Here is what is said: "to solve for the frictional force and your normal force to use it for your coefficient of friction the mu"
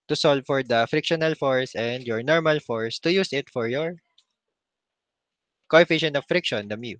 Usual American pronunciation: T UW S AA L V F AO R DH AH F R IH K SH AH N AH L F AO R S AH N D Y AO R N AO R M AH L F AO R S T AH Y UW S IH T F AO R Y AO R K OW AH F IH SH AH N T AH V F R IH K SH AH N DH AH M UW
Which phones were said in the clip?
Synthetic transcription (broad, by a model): T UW S AA L V F AO R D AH F R IH K SH AH N AH L F AO R S AH N D Y AO R N AO R M AH L F AO R S T AH Y UW S IH T F AO R Y AO R K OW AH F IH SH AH N AH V F R IH K SH AH N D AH M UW